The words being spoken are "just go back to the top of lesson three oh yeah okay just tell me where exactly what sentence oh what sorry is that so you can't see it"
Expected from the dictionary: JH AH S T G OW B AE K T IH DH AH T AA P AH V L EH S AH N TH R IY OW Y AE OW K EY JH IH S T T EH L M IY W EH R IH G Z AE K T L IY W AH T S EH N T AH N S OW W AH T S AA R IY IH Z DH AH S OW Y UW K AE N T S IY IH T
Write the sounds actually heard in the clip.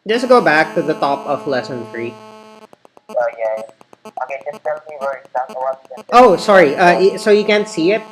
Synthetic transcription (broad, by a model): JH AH S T G OW B AE K T IH DH AH T AA P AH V L EH S AH N TH R IY OW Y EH OW K EY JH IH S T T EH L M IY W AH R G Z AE T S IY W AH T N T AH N OW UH S AA R IY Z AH S OW Y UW K AE N T S IY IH T